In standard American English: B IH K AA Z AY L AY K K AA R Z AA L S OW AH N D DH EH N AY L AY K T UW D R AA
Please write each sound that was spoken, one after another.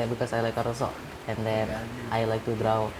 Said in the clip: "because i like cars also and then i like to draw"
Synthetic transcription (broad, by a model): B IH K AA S AY L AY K K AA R AA S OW AH N D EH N AY L AY K T UW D R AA